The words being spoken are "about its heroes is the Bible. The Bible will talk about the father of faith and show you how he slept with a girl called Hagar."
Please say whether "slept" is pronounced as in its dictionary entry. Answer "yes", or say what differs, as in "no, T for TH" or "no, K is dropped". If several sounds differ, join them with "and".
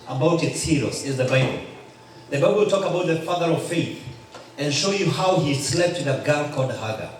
yes